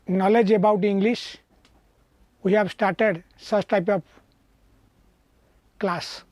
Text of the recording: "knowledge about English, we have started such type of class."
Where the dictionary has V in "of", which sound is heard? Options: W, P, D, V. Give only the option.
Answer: P